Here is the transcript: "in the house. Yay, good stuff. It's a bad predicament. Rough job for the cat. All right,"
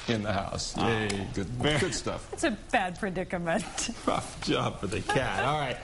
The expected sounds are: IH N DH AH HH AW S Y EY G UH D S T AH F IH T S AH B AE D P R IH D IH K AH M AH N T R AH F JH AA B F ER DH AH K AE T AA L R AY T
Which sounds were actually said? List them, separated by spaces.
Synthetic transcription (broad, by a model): IH N DH AH HH AW S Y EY G UH D S T AH F IH T S AH B AE D P R IH D IH K AH M AH N T R AH F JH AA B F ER DH AH K AE T AA L R AY T